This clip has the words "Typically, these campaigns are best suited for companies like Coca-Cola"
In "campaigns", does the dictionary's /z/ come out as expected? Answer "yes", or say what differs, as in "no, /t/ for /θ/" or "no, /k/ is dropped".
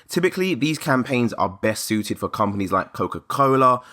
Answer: yes